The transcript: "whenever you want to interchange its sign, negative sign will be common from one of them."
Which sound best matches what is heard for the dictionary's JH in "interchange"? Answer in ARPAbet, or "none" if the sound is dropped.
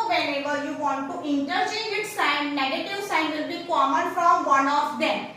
none